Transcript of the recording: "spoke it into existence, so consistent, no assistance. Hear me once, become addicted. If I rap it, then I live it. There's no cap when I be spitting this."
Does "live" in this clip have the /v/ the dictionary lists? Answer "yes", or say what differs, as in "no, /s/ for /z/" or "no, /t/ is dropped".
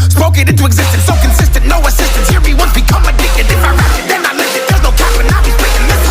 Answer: no, /v/ is dropped